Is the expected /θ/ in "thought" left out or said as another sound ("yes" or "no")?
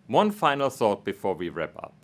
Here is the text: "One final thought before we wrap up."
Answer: yes